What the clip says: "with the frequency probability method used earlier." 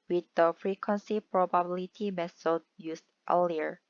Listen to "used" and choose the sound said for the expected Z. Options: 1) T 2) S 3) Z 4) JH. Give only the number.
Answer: 2